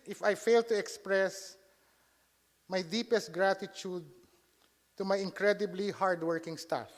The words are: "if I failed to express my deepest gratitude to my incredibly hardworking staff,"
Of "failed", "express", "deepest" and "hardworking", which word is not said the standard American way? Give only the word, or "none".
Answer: none